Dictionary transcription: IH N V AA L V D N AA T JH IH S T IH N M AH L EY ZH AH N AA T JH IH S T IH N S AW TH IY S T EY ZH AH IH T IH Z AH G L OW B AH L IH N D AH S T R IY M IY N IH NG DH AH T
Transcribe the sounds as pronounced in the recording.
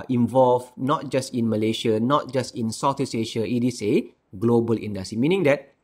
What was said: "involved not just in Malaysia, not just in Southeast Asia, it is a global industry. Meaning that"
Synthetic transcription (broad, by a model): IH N V AA L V N AA T JH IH S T IH N M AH L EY SH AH N AA T JH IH S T IH N S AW T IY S EY SH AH IH T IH S AH G L OW B AH L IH N D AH S T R IY M IY N IH NG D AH T